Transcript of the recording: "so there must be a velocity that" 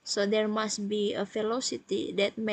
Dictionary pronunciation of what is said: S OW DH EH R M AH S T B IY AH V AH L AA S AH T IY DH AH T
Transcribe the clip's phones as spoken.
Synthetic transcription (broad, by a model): S OW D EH R M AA S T B IY AH F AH L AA S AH T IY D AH T